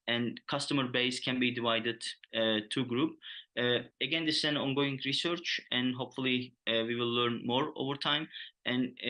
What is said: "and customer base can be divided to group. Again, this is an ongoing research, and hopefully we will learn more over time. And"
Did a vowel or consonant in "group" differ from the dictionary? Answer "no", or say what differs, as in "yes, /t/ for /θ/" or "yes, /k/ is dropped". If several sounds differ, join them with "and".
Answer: no